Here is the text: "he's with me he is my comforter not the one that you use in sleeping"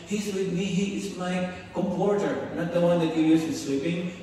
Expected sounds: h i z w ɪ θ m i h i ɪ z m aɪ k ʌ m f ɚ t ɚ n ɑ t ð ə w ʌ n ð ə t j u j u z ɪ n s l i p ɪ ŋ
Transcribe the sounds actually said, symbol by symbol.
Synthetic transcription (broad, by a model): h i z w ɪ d m i h i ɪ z m aɪ k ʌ m p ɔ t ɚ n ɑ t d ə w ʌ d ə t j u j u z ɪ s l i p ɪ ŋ